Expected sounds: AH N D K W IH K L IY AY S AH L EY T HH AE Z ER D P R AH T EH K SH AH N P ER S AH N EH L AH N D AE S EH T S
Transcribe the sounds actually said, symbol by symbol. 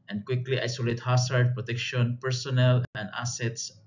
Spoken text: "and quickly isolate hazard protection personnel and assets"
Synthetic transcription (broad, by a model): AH N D K W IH K L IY AY S AH L EY T HH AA S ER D P R AH T EH K SH AH N P ER S AH N EH L AH N D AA S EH T S